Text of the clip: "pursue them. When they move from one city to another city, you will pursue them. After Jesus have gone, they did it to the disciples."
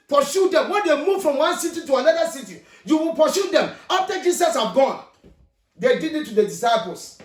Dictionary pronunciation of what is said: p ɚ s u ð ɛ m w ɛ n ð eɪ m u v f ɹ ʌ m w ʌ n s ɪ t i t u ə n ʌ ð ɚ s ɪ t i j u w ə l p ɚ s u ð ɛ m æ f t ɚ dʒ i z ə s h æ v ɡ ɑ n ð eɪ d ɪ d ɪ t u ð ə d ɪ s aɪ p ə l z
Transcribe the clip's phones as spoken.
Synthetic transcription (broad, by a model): p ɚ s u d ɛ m w ɛ n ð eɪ m u v f ɹ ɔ m w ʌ n s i t i t u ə n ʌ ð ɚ s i t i j u w ə l p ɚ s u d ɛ m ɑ f t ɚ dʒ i s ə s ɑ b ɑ n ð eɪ d ɪ d ɪ t u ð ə d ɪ s aɪ p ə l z